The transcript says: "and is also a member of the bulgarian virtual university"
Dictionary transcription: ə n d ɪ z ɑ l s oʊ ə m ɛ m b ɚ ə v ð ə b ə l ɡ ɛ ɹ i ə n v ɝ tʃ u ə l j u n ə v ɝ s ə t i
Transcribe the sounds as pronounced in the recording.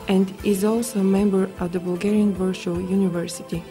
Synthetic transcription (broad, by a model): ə n d ɪ z ɑ l s oʊ ə m ɛ m b ɚ ə v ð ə b ə l ɡ ɛ ɹ i ə n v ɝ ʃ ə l j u n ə v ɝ s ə t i